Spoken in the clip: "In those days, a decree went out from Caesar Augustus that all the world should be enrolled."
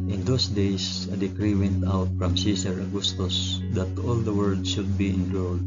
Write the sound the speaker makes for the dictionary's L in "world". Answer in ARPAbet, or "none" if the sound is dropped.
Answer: none